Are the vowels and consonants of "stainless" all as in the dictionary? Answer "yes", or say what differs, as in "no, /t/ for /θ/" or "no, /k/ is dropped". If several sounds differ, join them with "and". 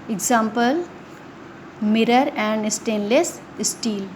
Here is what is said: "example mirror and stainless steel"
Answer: yes